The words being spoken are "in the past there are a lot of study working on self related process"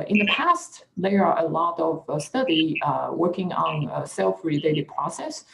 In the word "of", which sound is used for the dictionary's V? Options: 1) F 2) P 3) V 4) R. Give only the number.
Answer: 3